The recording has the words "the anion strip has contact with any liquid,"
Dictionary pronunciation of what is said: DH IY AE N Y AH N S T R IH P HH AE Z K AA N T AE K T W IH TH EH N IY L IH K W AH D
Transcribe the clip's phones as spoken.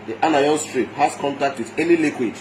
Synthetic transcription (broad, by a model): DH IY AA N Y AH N S T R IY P HH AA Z K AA N T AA K T W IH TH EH L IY L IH K W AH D